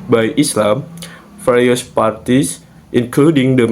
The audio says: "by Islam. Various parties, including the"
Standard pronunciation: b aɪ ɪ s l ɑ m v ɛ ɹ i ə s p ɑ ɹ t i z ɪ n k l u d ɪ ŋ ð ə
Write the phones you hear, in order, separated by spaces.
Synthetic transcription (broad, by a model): b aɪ ɪ s l ɑ m f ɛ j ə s p ɑ ɹ t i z ɪ n k l u d ɪ ŋ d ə